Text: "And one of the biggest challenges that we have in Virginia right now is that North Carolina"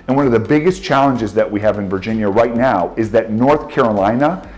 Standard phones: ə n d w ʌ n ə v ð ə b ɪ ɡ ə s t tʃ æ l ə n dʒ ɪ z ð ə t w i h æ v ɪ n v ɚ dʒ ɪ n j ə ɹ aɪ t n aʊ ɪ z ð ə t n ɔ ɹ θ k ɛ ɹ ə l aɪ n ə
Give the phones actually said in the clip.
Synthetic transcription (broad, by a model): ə n w ʌ n ə v ð ə b ɪ ɡ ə s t tʃ æ l ə n dʒ ɪ z ð ə t w i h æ v ɪ n v ɚ dʒ ɪ n j ə ɹ aɪ t n aʊ ɪ z ð ə t n ɔ ɹ θ k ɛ ɹ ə l aɪ n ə